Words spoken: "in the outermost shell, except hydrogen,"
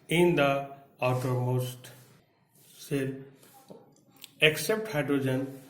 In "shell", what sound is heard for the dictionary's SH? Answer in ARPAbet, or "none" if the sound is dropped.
S